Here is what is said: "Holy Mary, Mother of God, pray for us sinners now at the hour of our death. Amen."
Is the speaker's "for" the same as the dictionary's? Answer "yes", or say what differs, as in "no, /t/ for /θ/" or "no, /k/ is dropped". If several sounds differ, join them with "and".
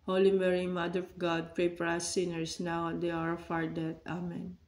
no, /p/ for /f/